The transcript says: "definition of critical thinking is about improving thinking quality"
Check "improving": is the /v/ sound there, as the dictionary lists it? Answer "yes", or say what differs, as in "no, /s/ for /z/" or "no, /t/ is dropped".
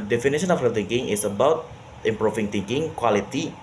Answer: no, /f/ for /v/